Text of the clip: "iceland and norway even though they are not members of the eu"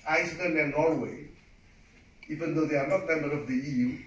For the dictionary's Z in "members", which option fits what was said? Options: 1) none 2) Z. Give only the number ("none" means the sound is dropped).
1